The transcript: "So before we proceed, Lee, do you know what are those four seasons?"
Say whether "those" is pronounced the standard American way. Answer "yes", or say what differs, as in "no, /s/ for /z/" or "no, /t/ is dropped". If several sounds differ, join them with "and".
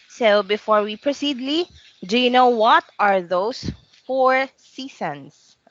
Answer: no, /s/ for /z/